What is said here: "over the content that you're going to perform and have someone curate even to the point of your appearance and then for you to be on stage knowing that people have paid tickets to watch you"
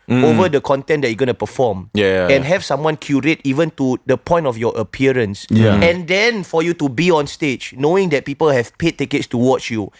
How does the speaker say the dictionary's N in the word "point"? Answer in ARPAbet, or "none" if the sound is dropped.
N